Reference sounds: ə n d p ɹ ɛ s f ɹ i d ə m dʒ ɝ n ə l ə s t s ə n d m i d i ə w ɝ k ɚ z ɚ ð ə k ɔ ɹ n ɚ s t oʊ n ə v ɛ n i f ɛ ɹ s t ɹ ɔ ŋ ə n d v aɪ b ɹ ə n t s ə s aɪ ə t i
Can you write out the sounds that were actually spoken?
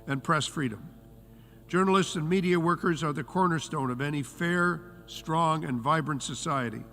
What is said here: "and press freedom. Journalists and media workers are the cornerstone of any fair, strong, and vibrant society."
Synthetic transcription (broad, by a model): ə n p ɹ ɛ s f ɹ i d ə m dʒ ɝ n l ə s t s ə n m i d i ə w ɝ k ɚ z ɚ ð ə k ɔ ɹ n ɚ s t oʊ n ə v ɛ n i f ɛ ɹ s t ɹ ɔ ŋ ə n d v aɪ b ɹ ə n t s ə s aɪ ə t i